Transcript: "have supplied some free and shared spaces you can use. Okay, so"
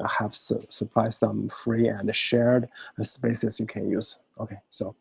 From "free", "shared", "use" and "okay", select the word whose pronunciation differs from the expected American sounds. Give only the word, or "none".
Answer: none